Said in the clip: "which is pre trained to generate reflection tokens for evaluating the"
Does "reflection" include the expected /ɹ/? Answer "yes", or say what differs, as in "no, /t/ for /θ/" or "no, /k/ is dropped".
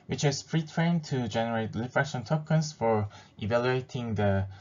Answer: no, /l/ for /ɹ/